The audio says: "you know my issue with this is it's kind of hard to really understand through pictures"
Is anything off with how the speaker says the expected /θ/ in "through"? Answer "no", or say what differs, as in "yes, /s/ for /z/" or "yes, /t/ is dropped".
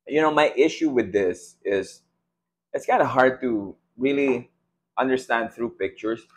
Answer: no